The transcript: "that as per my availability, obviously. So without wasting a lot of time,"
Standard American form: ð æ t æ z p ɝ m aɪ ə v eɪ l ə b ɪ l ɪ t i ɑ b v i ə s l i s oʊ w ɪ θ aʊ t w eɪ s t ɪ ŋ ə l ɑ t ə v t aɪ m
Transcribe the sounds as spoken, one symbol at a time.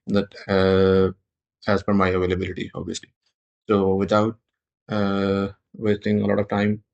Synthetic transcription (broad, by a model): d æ t æ z f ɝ m aɪ ə v eɪ l ə b ɪ l ɪ t i ɑ b v i ə s l i s oʊ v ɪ t aʊ t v eɪ s t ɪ ŋ ə l ɑ t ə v t aɪ m